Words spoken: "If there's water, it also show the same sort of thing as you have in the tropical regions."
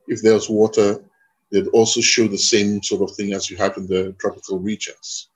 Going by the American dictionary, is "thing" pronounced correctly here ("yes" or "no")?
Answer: yes